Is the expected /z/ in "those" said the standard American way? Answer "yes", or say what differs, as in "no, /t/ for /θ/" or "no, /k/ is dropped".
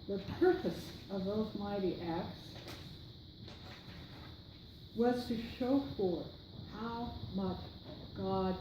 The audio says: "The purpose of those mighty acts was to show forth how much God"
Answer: yes